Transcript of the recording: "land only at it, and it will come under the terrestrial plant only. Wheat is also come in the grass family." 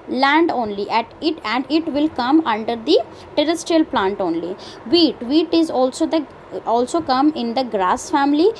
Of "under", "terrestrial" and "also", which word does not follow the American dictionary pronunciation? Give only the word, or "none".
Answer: none